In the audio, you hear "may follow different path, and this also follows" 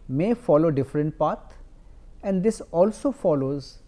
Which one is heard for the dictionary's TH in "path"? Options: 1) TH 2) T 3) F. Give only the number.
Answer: 2